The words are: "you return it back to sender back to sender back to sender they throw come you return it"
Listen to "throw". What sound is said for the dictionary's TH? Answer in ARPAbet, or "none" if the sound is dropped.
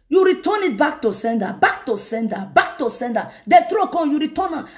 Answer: T